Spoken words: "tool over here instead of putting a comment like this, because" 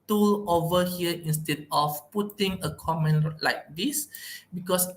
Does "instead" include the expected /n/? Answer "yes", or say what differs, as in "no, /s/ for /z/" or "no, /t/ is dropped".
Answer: yes